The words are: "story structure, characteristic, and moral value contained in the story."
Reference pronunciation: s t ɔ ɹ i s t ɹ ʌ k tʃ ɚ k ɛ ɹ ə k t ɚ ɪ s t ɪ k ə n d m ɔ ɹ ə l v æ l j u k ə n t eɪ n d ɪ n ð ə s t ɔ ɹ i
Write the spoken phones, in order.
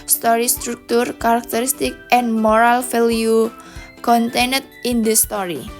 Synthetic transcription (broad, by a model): s t ɔ ɹ i s t ɹ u k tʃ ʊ k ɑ ɹ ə k t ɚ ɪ s t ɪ k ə n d m ɔ ɹ ə l f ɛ l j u k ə n t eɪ n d ɪ n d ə s t ɔ ɹ i